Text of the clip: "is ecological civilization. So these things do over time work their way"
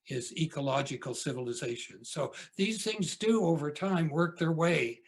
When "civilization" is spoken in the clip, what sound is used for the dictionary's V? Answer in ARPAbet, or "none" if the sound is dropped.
V